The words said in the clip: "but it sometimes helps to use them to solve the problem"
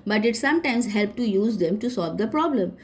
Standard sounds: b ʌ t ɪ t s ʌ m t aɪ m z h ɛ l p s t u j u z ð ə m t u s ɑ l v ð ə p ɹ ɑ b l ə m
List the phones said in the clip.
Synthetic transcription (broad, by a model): b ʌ t ɪ t s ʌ m t aɪ m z h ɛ l p t u j u z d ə m t u s ɑ l v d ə p ɹ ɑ b l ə m